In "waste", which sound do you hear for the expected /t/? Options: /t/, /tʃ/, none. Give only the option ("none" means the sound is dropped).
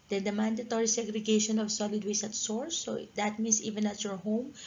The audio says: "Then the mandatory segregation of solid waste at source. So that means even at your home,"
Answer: none